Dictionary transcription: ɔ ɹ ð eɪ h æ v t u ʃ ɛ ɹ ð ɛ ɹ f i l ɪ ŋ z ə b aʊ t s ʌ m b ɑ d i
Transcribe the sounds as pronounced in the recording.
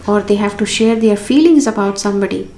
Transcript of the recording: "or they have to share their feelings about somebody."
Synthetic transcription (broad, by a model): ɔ ɹ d eɪ h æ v t u ʃ ɛ ɹ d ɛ ɹ f i l ɪ ŋ z ə b aʊ t s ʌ m b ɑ d i